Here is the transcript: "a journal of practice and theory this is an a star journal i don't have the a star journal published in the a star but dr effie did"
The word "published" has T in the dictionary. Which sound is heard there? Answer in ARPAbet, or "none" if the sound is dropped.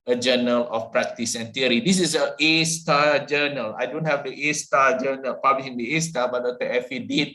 none